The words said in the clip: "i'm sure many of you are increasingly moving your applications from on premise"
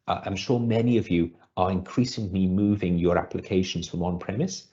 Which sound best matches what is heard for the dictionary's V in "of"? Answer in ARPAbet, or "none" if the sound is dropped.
V